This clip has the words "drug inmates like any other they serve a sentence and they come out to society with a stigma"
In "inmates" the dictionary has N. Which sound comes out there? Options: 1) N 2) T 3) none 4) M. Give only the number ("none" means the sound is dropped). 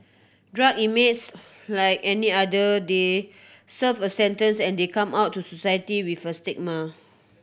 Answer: 3